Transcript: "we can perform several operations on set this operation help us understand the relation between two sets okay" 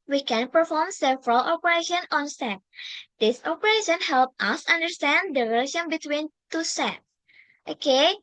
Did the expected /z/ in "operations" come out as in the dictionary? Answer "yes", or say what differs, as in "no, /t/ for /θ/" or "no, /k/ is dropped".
no, /z/ is dropped